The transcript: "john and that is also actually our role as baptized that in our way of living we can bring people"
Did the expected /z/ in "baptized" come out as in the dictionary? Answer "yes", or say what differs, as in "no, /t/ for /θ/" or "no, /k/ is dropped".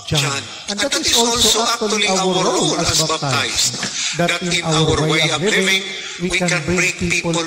no, /s/ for /z/